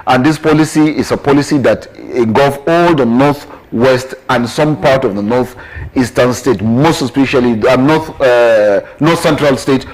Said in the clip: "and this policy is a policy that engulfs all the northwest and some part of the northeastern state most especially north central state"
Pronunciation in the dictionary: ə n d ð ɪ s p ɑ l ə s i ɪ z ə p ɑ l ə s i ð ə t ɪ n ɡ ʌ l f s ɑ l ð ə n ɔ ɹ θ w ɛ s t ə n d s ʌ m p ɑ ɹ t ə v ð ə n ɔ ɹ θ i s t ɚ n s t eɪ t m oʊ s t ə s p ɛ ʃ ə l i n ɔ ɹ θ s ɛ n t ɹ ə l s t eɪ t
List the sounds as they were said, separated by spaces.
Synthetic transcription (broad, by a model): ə n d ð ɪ s p ɑ l ə s i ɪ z ə p ɑ l ə s i ð ə t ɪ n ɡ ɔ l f ɑ l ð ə n ɔ ɹ θ w ɛ s t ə n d s ʌ m p ɑ ɹ t ə v ð ə n ɔ ɹ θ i s t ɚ n s t eɪ t m oʊ s t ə s p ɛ ʃ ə l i n ɔ ɹ θ s ɛ n t ɹ ə l s t eɪ t